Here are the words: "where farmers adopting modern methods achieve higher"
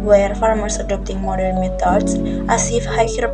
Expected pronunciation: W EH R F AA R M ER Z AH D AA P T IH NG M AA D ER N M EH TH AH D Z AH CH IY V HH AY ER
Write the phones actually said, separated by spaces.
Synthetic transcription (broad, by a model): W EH R F AA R M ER S AH D AA P T IH NG M AA D ER N M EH T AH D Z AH S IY F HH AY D